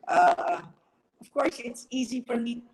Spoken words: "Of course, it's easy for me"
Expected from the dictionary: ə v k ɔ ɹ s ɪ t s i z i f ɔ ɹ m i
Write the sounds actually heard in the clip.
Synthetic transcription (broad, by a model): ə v k ɔ ɹ s ɪ t s i z i f ɔ ɹ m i